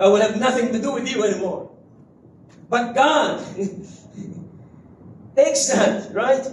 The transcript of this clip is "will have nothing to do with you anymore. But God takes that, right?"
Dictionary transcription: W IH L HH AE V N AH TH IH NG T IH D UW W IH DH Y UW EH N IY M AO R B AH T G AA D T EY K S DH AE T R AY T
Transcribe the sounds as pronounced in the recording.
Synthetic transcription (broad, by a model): W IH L HH AE V N AH TH IH NG T IH D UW W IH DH Y UW EH N IY M AO R B AH T G AA D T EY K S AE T R AY T